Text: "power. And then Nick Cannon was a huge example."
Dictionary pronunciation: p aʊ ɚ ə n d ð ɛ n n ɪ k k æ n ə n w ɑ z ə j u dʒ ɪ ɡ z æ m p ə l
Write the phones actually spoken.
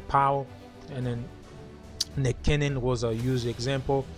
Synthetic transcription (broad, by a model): p aʊ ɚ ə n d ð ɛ n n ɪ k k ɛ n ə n w ɑ z ə j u z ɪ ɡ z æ m p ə l